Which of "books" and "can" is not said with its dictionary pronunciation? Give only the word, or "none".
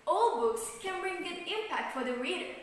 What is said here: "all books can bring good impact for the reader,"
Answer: none